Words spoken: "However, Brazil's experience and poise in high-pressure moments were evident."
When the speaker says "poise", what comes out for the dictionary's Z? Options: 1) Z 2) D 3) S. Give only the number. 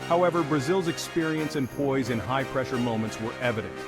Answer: 1